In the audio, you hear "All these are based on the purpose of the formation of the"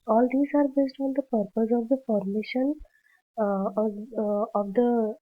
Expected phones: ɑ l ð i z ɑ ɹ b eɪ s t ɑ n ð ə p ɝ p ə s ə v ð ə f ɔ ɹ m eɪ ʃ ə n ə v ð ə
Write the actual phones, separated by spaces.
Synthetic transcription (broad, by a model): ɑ l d i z ɑ ɹ b eɪ s t ɑ n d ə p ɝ p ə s ə v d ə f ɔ ɹ m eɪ ʃ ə n ə v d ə